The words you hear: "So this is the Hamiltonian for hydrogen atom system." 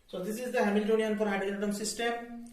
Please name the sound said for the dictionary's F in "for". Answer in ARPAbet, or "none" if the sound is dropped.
P